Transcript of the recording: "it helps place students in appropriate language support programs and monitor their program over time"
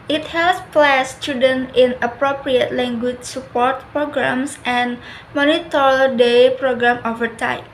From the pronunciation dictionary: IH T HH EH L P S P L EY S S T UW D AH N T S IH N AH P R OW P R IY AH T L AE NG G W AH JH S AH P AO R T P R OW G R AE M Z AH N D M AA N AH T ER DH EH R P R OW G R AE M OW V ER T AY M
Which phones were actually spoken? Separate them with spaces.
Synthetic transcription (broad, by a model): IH T HH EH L S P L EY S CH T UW D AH N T IH N AH P R OW P R IY AH T L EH NG G W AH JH S AH P AO R T P R OW G R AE M S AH N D M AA N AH T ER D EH P R OW G R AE M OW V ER T AY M